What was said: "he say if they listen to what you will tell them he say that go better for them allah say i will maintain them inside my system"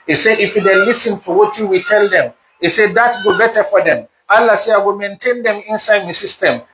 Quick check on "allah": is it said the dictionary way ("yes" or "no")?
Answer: yes